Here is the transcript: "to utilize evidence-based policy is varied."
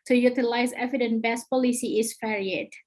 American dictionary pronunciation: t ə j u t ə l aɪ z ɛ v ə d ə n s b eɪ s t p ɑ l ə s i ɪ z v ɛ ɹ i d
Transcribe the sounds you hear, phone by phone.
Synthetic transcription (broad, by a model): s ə j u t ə l aɪ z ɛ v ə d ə n b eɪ s p ɑ l ə s i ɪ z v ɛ ɹ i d